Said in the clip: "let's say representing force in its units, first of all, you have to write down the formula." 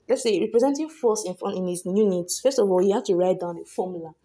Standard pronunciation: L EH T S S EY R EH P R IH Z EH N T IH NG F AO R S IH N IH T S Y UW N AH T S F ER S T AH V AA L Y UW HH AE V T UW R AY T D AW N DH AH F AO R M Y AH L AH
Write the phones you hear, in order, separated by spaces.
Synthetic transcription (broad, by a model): L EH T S S EY R EH P R IH Z EH N T IH NG F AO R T IH N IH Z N Y UW N AH T S F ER S T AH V AA L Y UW HH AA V T UW R AY T D AW N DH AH F AO M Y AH L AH